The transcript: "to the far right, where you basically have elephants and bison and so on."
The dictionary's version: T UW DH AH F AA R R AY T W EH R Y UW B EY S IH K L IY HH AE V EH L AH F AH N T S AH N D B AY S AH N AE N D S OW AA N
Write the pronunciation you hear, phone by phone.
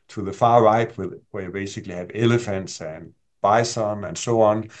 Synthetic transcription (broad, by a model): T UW DH AH F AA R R AY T W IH W Y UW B EY S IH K L IY HH AE V EH L AH F AH N T S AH N B AY S AH N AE N S OW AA N